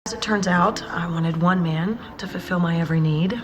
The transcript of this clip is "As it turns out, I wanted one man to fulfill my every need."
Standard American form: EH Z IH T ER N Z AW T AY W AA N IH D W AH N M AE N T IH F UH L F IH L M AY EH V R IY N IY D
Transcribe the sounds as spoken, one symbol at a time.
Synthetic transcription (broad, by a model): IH Z IH T ER N Z AW T AY W AA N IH D W AH N M AE N T IH F UH L F IH L M AY EH V R IY N IY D